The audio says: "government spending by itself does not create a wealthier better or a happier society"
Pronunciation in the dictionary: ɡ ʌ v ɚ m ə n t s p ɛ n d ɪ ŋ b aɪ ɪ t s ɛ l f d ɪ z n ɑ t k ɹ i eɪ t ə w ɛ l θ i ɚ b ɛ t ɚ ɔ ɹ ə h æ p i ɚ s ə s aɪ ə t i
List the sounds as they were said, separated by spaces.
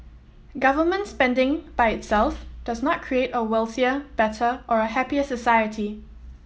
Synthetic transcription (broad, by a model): ɡ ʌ v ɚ m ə n t s p ɛ n d ɪ ŋ b aɪ ɪ t s ɛ l f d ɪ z n ɑ t k ɹ i eɪ t ə w ɛ l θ i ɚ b ɛ t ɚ ɔ ɹ ə h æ p i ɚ s ə s aɪ ə t i